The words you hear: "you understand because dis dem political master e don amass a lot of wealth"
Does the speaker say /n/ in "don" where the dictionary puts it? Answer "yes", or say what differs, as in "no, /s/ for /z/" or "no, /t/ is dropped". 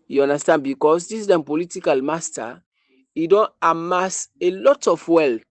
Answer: yes